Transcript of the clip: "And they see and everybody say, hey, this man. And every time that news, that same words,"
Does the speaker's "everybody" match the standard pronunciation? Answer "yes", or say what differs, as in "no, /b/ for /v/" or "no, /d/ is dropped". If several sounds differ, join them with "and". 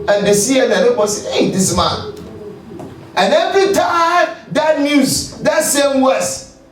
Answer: no, /v/ is dropped